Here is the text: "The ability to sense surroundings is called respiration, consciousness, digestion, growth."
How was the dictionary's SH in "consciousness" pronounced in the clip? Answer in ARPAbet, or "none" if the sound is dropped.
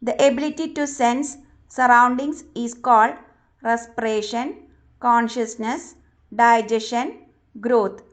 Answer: SH